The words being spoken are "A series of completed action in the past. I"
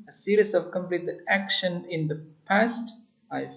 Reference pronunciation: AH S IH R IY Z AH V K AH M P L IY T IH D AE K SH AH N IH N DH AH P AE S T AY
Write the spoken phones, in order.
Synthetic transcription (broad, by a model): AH S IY R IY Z AH V K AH M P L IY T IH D AE K SH AH N IH N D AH P AE S T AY